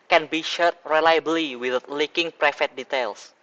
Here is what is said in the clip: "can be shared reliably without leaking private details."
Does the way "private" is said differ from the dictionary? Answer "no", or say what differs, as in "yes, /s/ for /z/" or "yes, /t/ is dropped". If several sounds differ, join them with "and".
yes, /f/ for /v/